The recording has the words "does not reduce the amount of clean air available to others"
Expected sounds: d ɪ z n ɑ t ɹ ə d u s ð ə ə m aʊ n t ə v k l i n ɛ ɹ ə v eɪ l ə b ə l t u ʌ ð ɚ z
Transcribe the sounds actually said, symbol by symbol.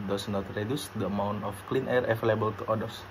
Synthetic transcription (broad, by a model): d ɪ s n ɑ t ɹ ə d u s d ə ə m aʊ n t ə f k l i n ɛ ɹ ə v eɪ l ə b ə l t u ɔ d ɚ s